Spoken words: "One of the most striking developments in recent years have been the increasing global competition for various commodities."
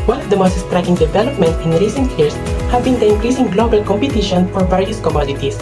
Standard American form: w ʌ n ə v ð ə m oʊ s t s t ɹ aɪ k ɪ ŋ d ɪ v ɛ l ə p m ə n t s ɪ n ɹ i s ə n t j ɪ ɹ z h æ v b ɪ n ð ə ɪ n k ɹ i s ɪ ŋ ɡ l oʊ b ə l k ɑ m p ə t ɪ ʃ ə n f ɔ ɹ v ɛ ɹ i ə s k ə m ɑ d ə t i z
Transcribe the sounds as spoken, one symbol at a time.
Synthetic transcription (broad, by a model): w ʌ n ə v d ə m oʊ s t s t ɹ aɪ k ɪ ŋ d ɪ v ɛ l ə p m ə n t ɪ n ɹ i s ə n t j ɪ ɹ s h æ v b ɪ n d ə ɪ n k ɹ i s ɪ ŋ ɡ l oʊ b ə l k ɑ m p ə t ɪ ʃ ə n f ɔ ɹ v ɛ ɹ i ə s k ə m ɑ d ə t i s